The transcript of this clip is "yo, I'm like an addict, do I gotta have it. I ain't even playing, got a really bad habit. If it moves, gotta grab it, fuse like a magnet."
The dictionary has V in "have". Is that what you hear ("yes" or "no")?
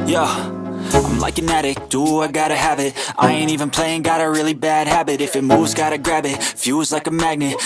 no